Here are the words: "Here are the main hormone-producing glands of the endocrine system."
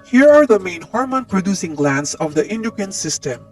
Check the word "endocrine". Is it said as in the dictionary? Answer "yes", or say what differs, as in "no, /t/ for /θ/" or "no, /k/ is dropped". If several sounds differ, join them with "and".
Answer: no, /ɹ/ is dropped